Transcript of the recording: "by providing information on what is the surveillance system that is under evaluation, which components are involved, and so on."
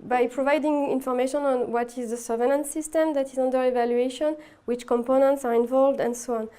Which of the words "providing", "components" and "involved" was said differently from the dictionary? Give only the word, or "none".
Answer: none